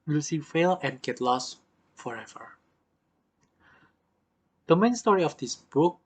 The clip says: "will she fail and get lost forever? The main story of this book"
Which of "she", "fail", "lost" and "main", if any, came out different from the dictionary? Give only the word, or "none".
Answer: she